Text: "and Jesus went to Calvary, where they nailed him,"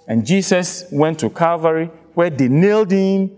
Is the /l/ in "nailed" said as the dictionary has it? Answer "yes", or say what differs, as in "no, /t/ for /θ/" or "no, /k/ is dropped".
yes